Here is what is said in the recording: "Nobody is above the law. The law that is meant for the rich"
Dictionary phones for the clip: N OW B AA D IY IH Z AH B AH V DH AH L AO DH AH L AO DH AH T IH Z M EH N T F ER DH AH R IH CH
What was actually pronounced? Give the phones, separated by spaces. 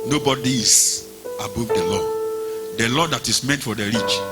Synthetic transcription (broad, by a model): N OW B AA D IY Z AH B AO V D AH L AO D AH L AO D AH T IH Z M EH N T F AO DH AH R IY CH